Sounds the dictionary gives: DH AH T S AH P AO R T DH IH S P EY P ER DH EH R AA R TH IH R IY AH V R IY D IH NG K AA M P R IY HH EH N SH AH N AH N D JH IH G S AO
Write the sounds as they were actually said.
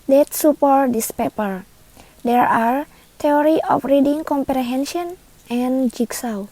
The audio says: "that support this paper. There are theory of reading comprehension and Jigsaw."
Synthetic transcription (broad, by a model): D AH T S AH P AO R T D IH S P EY P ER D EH R AA R T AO R IY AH F R IY D IH NG K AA M P R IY HH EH N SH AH N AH N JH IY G S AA